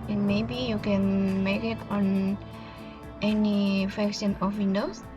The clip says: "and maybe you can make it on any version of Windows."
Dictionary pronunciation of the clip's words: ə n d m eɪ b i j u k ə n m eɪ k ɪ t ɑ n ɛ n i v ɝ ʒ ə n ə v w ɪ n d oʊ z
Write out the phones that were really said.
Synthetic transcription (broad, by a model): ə n m eɪ b i j u k ə n m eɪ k ɪ t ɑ n ɛ n i f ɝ s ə n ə f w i n d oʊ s